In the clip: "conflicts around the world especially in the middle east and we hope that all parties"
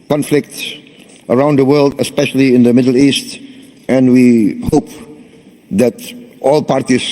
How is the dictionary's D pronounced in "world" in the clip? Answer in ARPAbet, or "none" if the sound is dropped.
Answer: D